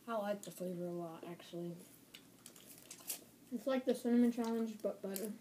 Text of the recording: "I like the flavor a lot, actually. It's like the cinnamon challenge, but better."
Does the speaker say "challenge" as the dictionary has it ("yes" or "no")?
yes